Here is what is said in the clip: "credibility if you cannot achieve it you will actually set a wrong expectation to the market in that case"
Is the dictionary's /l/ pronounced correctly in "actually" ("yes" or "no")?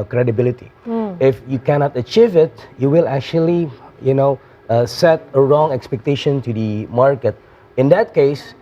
no